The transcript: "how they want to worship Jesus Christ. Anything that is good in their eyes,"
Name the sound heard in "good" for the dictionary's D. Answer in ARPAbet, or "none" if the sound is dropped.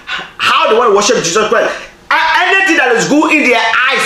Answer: none